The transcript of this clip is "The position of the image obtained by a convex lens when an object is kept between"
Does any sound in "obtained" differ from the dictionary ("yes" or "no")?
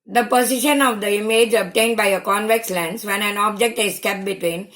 no